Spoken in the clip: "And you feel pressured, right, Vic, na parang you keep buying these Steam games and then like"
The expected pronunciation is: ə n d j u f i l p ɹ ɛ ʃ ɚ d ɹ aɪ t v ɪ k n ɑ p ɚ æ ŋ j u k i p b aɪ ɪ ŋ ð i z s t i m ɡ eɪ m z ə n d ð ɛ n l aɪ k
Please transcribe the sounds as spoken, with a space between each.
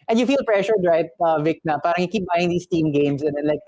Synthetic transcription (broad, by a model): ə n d j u f i l p ɹ ɛ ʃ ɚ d ɹ aɪ t v ɪ k n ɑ p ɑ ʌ ŋ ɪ k i p b aɪ ɪ ŋ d i s t i m ɡ eɪ m s ə n d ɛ n l aɪ k